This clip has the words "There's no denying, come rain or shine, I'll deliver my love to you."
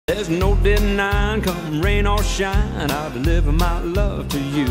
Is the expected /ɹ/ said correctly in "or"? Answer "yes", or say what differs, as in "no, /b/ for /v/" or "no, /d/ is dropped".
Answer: no, /l/ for /ɹ/